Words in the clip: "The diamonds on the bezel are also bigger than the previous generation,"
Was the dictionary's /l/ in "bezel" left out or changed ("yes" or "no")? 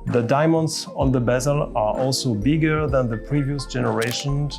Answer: no